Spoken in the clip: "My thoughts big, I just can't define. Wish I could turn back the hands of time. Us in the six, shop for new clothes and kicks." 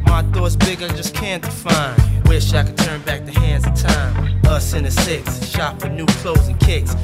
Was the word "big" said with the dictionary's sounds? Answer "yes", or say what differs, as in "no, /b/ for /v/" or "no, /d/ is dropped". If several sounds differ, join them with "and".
yes